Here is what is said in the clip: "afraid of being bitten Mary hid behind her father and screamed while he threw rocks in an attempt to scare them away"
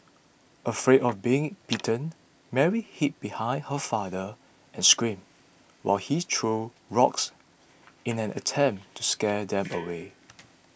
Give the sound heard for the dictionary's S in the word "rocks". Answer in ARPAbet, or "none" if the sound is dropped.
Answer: S